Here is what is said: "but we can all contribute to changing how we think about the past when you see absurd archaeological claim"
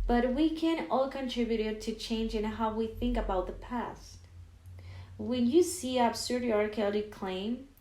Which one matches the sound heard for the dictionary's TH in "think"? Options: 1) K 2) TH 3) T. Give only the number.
2